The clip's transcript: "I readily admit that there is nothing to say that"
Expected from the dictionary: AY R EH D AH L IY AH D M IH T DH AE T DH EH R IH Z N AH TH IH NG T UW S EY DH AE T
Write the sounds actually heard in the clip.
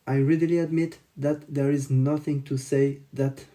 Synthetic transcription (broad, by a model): AY R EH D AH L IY AH D M IH T DH AE T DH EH R IH Z N AH TH IH NG T UW S EY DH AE T